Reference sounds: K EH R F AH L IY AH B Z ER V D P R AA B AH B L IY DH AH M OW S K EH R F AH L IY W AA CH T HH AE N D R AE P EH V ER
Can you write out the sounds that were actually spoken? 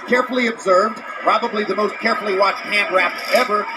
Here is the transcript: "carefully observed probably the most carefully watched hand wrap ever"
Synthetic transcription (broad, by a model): K EH R F L IY AH B Z ER V D P R AA B AH B L IY DH AH M OW S K EH R F L IY W AA CH T HH AE N D R AE P EH V ER